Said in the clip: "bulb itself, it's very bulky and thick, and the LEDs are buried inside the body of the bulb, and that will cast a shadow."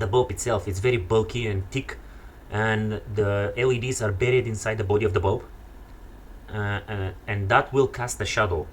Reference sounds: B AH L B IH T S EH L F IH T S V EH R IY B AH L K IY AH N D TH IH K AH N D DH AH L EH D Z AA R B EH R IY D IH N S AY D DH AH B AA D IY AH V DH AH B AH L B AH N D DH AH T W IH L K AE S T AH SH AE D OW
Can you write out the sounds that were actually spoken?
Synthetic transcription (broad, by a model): B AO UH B IH T S EH L F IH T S V EH R IY B AH L K IY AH N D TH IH K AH N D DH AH L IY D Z AA R B EH R IY D IH N S AY D DH AH B AA D IY AH V DH AH B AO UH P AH N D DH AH T W IH L K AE S T AH SH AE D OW